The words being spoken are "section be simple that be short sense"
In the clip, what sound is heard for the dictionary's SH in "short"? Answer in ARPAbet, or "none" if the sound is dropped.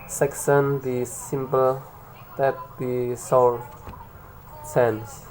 S